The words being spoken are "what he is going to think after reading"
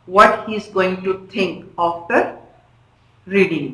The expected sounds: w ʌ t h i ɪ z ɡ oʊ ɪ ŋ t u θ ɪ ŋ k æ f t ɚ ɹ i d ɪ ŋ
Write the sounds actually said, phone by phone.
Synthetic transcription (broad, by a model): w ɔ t h i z ɡ oʊ ɪ ŋ t u t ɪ ŋ k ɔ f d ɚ ɹ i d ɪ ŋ